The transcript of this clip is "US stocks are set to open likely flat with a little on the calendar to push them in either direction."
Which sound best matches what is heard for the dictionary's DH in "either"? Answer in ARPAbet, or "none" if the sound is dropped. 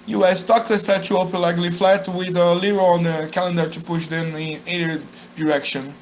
none